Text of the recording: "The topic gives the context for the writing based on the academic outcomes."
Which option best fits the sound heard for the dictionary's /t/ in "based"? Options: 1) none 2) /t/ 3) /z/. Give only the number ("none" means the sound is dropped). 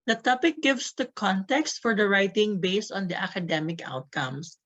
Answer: 2